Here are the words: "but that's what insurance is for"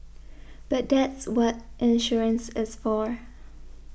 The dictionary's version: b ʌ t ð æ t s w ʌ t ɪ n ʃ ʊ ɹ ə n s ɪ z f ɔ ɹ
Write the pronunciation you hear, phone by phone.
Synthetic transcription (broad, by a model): b ʌ t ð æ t s w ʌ t ɪ n ʃ ʊ ɹ ə n s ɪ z f ɔ ɹ